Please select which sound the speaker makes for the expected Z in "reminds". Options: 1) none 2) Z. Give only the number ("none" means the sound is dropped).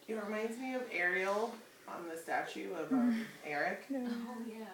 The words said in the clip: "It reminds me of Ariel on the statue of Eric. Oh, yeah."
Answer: 2